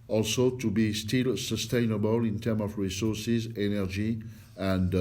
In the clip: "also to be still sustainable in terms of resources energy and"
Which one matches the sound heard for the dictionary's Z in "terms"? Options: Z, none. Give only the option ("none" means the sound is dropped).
none